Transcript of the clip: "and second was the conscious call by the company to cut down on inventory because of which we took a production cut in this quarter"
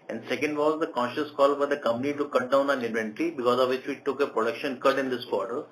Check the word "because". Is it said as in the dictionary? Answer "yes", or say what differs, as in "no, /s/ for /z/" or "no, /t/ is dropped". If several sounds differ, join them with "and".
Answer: yes